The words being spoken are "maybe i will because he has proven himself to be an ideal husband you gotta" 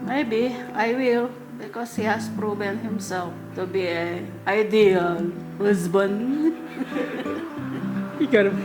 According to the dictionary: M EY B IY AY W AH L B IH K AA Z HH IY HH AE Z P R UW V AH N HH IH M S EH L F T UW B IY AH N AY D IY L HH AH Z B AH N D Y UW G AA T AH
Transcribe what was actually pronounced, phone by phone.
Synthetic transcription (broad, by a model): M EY B IY AY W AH L B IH K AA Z HH IY HH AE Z P R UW B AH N HH IH M S EH L F T UW B IY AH AY D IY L HH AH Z B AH N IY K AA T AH